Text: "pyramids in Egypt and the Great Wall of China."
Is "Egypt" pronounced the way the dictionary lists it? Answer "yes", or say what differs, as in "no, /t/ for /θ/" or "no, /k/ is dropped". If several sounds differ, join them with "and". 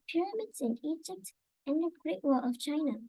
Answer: yes